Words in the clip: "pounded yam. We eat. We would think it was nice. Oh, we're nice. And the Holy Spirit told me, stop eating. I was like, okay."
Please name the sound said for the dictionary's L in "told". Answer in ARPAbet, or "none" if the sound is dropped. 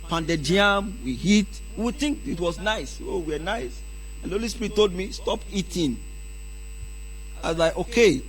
L